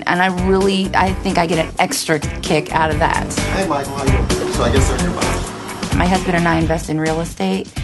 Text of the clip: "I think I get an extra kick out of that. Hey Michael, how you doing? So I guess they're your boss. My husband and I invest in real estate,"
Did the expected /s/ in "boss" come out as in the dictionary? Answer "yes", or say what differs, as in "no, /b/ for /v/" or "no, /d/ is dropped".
no, /s/ is dropped